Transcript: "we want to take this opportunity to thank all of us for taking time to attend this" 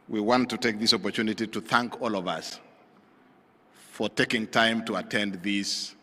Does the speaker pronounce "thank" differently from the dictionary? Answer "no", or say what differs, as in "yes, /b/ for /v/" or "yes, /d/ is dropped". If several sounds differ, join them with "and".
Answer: no